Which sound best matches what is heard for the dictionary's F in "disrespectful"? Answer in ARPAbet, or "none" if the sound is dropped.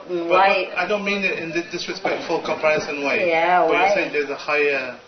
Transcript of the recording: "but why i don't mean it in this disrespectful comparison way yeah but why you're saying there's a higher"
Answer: F